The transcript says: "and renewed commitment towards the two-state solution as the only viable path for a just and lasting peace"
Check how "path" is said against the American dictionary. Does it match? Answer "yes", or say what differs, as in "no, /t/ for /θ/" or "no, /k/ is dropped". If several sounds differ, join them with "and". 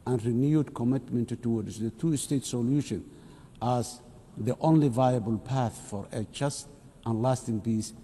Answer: yes